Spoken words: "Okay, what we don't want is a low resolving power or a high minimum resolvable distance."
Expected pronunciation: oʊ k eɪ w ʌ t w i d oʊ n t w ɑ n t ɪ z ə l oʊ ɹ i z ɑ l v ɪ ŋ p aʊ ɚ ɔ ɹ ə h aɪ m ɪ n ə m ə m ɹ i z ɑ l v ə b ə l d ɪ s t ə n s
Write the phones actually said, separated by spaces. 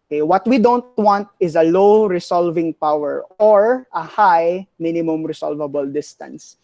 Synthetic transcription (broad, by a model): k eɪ w ʌ t w i d oʊ n t w ɑ n t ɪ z ə l oʊ ɹ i s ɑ l v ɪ ŋ p aʊ ɚ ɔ ɹ ə h aɪ m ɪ n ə m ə m ɹ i s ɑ l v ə b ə l d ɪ s t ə n s